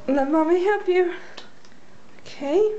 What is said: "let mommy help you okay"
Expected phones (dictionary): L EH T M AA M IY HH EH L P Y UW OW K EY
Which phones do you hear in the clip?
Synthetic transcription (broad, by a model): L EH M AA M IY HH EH P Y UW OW K EY